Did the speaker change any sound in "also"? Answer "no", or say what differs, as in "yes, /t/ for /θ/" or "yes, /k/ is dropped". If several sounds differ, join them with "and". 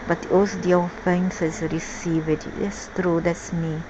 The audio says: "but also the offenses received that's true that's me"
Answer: yes, /l/ is dropped